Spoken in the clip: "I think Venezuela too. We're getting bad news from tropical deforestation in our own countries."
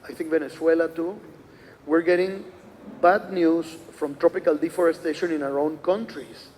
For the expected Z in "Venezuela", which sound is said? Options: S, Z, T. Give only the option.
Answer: S